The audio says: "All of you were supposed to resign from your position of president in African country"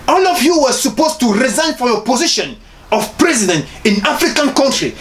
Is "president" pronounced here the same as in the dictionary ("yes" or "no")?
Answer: yes